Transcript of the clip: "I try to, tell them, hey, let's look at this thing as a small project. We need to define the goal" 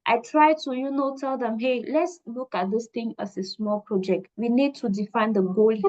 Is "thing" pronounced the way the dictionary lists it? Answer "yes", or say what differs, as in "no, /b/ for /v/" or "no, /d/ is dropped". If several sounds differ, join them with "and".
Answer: no, /t/ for /θ/